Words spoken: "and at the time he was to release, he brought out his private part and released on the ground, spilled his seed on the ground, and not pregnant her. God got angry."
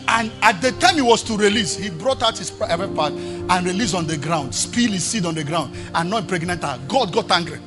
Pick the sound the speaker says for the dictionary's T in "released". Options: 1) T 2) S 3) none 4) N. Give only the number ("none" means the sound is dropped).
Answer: 3